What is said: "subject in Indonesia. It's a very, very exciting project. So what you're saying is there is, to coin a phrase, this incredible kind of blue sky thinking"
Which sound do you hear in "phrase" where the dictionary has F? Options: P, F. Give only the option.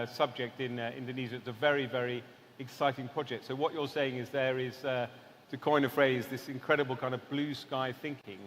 F